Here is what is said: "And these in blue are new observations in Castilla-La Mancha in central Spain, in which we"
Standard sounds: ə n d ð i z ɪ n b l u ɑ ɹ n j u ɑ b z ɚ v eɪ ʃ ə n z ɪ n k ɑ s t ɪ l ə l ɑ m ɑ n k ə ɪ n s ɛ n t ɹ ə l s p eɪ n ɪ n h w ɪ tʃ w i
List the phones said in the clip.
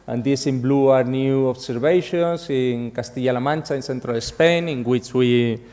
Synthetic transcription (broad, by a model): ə n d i s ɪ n b l u ɑ ɹ n j u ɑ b s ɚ b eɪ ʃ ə n s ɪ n k ɑ s t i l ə l ɑ m ɑ n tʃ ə ɪ n s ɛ n t ɹ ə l s p eɪ n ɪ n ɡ w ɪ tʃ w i